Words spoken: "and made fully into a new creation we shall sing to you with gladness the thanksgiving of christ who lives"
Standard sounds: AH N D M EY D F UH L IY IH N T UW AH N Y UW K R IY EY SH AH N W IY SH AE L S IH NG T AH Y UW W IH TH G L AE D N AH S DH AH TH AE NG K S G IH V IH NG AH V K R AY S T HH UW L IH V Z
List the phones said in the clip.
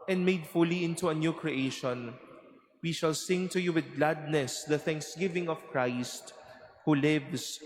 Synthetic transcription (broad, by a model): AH N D M EY D F UH L IY IH N T UW AH N Y UW K R IY EY SH AH N W IY SH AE L S IH NG T AH Y UW W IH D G L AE D N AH S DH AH TH AE NG K S G IH V IH NG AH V K R AY S T HH UW L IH V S